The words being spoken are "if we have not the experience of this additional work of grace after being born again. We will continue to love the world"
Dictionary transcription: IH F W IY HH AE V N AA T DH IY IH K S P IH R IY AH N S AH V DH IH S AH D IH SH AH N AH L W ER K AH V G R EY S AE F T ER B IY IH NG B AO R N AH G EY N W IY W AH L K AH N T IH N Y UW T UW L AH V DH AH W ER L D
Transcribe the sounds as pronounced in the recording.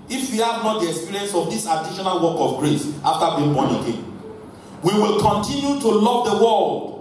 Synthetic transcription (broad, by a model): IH F W IY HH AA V N AA T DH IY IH K S P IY R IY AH N S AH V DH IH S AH D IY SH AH N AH L W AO K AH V G R EY S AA F T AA B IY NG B AO N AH G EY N W IY W AH L K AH N T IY N Y UW T UW L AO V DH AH W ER L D